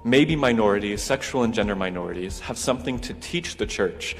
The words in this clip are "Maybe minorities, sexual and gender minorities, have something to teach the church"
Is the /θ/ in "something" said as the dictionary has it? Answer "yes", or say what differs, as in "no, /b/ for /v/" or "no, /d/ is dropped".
yes